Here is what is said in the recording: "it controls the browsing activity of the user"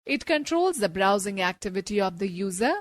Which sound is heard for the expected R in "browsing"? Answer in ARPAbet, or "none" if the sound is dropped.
R